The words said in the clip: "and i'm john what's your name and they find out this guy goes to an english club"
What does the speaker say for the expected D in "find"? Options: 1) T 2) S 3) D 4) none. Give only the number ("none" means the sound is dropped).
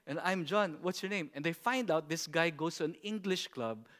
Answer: 3